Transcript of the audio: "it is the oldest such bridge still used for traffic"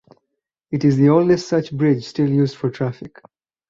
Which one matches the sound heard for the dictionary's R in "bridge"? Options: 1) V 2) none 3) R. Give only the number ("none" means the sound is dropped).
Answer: 3